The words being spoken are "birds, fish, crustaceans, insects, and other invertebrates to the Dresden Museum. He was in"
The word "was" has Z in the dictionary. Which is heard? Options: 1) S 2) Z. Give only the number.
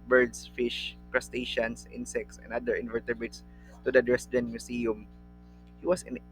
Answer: 1